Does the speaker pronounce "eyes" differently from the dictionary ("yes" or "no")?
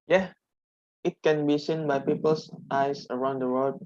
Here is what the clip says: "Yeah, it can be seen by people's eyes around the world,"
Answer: yes